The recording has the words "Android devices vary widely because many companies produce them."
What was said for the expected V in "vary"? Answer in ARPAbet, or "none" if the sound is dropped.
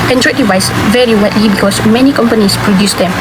V